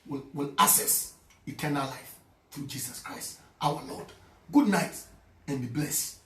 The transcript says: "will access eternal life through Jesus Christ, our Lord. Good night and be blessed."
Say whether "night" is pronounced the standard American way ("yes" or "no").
yes